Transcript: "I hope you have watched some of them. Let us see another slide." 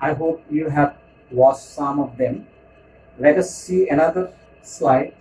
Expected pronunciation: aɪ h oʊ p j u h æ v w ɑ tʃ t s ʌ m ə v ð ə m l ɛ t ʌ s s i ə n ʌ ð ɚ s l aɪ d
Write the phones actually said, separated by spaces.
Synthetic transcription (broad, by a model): aɪ h oʊ p j u h æ v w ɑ s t s ʌ m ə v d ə m l ɛ t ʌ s s i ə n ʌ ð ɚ s l aɪ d